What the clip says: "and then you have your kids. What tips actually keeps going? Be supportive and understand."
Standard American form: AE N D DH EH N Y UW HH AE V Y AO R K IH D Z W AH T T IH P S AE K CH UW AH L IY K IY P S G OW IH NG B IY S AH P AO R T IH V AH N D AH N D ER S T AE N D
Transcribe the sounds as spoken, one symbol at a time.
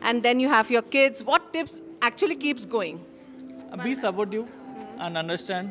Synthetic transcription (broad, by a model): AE N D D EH N Y UW HH AE V Y AO R K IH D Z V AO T T IH P S AE K CH UW AH L IY K IY P S G OW IH NG B IY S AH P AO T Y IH AH N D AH N D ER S T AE N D